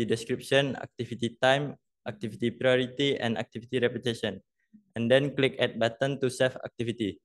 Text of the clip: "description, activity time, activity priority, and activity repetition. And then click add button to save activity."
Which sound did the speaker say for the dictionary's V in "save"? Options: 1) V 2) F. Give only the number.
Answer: 2